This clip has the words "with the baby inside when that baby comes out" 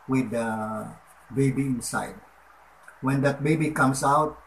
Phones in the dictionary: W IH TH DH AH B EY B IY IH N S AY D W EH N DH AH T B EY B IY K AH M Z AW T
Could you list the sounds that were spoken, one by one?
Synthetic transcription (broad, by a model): W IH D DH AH B EY B IY IH N S AY D W EH N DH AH T B EY B IY K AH M S AW T